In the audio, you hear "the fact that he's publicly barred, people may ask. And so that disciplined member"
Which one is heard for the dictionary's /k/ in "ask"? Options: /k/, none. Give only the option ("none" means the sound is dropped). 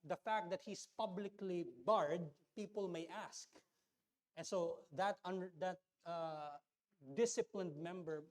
/k/